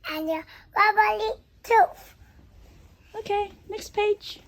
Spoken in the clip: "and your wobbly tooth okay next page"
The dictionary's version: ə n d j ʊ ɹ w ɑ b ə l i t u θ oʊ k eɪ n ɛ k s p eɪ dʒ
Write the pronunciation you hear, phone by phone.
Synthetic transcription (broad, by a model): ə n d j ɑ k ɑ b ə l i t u f oʊ k eɪ n ɛ k s p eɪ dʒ